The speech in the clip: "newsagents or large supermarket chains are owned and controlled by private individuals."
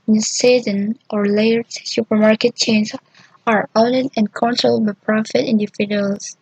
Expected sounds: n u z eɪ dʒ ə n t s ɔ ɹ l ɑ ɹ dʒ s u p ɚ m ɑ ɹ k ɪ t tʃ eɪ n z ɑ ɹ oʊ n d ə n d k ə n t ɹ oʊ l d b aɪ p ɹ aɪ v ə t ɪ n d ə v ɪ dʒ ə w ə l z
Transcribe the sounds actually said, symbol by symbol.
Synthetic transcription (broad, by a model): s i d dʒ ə n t ɔ ɹ l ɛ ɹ s u p ɚ m ɑ ɹ k ɪ t tʃ eɪ n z ɑ ɹ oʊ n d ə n k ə n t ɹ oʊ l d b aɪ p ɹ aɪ f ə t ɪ n d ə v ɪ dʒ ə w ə l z